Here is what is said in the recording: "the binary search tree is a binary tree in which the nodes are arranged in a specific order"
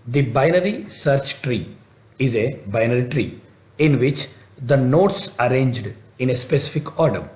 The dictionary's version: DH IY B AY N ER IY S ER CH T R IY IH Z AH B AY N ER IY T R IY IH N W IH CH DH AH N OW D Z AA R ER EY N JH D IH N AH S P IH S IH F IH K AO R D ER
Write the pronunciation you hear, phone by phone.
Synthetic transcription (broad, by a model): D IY B AY N ER IY S ER CH T R IY IH Z AH B AY N ER IY T R IY IH N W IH CH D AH N OW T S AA R EY N JH D IH N AH S P IH S IH F IH K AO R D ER